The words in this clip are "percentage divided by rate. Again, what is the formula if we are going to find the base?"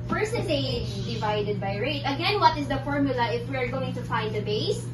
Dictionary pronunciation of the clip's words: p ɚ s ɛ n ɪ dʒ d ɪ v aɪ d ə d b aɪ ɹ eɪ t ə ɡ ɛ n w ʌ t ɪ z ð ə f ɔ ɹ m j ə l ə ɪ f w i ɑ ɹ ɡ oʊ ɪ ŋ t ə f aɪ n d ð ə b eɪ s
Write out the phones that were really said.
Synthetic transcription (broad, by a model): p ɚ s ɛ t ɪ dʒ d ɪ v aɪ d ə d b aɪ ɹ eɪ t ə ɡ ɛ n w ʌ t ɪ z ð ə f ɔ ɹ m j ə l ə ɪ f w i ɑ ɹ ɡ oʊ ɪ ŋ t ə f aɪ n d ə b eɪ s